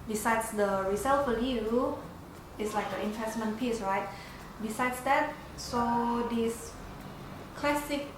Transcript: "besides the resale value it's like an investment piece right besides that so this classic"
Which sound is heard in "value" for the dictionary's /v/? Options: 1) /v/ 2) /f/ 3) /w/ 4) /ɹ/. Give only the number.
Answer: 2